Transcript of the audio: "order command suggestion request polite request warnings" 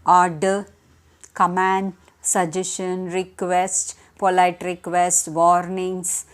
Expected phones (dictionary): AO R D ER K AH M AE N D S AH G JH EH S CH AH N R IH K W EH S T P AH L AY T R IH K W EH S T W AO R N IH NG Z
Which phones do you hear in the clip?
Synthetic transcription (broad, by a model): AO R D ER K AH M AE N D S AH JH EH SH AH N R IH K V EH S T P AH L AY T R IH K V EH S T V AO R N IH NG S